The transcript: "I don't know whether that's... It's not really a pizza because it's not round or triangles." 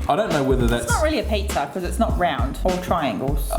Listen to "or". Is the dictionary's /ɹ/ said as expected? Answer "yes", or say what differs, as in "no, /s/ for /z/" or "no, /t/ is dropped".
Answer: no, /l/ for /ɹ/